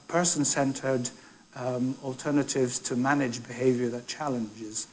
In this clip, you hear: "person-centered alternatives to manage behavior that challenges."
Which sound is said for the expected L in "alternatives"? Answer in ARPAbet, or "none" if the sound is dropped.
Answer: L